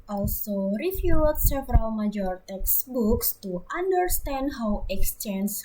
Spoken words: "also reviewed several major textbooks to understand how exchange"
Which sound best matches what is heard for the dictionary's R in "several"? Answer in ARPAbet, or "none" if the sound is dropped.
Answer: R